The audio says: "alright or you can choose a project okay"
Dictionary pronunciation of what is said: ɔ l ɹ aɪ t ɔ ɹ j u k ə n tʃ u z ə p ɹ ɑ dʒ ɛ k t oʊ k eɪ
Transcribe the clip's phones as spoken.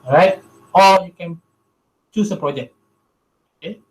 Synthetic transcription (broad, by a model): ɹ aɪ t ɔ l j u k ə n tʃ u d ə p ɹ ɑ dʒ ɛ k t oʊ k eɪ